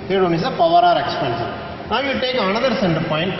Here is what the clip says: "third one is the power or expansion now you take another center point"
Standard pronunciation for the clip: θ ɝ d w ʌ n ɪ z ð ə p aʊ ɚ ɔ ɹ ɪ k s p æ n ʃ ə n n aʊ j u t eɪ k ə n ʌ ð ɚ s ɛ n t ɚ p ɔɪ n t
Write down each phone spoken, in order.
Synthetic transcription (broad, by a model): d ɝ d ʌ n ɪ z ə p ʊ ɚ ɔ ɹ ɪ k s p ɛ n s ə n n aʊ j u t eɪ k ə n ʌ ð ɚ s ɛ n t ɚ p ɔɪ n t